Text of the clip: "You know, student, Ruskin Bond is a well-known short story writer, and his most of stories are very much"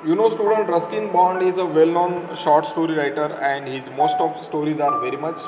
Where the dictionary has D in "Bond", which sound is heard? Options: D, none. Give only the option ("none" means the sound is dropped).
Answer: D